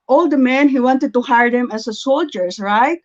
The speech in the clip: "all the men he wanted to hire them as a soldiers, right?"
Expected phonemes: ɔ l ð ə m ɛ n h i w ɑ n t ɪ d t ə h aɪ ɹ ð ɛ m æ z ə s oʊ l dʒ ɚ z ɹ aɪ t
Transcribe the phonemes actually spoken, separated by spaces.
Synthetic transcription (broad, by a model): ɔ l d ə m ɛ n h i w ɑ n t ɪ d t ə h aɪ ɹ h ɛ m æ s ə s oʊ l dʒ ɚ s ɹ aɪ t